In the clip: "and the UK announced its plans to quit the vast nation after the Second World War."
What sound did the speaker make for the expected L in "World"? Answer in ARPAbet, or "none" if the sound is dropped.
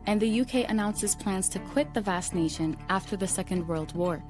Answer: L